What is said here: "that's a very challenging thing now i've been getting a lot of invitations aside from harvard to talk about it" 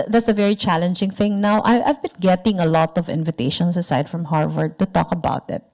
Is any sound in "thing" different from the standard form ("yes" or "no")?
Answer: no